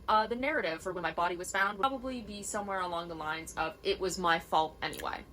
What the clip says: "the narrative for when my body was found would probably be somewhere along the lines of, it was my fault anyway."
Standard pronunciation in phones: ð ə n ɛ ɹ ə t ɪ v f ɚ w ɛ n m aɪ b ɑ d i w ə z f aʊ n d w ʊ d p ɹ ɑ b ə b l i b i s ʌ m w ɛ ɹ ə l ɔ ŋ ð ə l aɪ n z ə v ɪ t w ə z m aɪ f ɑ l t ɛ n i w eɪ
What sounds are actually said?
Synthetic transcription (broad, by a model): ð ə n ɛ ɹ ə t ɪ v f ɚ w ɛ n m aɪ b ɑ d i w ə z f aʊ n d w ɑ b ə b l i b i s ʌ m w ɛ ɹ ə l ɔ ŋ ð ə l aɪ n z ə v ɪ t w ə z m aɪ f ɑ l t ɛ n i w eɪ